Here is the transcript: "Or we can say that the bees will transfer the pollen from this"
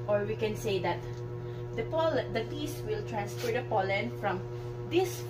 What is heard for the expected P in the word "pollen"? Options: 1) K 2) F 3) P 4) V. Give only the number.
3